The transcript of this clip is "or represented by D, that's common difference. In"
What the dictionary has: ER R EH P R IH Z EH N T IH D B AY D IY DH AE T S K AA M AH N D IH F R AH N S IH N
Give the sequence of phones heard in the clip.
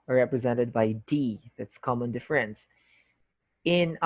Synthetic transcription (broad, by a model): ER R EH P R IH Z EH N T IH D B AY D IY DH AE T S K AA M AH N D IH F R AH N S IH N